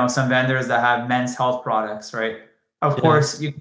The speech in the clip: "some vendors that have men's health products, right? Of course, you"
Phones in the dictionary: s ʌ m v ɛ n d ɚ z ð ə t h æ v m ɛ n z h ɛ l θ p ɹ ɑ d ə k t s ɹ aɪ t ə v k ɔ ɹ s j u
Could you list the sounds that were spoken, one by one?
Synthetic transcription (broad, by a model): s ʌ m v ɛ n d ɚ z ð ə t h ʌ v m ɛ n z h ɛ l θ p ɹ ɑ d ə k t s ɹ aɪ t ə v k ɔ ɹ s j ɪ